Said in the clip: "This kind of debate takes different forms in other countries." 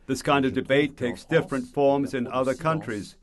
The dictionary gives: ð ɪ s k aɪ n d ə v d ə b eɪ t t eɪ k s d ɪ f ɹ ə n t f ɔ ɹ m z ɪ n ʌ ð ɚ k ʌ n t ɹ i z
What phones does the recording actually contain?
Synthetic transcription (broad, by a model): ð ɪ s k aɪ n d ə v d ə b eɪ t t eɪ k s d ɪ f ɹ ə n t f ɔ ɹ m z ɪ n ʌ ð ɚ k ʌ n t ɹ i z